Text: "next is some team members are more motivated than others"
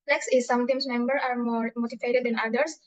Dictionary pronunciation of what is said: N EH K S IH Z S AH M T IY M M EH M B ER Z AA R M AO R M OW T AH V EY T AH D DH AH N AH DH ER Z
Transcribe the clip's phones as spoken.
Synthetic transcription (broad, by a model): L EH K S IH S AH M T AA M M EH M B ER AA R M AO R M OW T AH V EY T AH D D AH N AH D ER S